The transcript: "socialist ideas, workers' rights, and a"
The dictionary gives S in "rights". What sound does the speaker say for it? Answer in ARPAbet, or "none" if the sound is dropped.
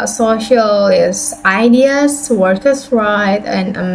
none